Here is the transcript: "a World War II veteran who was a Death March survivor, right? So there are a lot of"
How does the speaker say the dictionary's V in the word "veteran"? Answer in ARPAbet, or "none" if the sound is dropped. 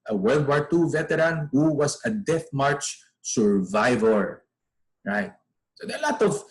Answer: V